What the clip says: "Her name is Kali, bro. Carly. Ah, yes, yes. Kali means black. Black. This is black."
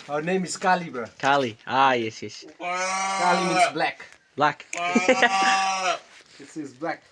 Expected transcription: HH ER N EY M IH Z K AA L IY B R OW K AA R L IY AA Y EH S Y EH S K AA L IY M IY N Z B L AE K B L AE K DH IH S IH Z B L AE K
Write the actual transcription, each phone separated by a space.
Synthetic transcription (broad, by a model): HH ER N EY M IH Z K AA L IY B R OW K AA L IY AA Y EH S Y EH S K AA L IY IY Z B L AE K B L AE K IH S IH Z B L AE K